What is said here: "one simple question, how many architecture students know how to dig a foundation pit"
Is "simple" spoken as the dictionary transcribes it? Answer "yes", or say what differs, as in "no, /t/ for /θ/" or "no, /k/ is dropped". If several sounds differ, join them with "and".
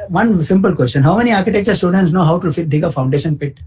yes